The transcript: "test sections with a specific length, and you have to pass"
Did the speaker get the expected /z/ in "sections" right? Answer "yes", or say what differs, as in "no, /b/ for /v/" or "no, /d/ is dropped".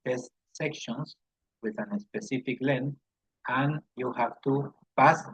no, /s/ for /z/